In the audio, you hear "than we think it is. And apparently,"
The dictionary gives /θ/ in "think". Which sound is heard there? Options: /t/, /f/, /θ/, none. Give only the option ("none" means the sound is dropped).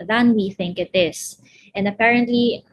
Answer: /θ/